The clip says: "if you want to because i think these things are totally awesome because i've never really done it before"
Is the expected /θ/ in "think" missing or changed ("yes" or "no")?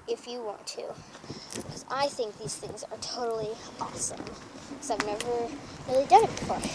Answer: no